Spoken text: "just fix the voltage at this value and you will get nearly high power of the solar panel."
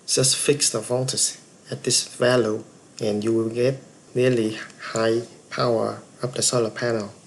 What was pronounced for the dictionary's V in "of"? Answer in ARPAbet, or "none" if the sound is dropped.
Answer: P